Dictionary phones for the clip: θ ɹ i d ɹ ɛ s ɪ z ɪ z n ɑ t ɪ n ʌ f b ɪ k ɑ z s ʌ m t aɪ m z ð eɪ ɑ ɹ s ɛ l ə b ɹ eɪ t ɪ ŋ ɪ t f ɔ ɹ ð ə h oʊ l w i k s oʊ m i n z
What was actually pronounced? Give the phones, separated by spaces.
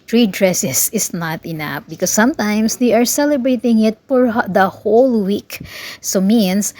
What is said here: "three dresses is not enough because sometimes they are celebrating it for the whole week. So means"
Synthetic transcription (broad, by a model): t ɹ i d ɹ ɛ s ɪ s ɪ s n ɑ t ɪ n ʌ f b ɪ k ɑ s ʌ m t aɪ m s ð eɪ ɑ ɹ s ɛ l ə b ɹ eɪ t ɪ ŋ ɪ t f ɔ ɹ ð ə h oʊ l w i k s oʊ m i n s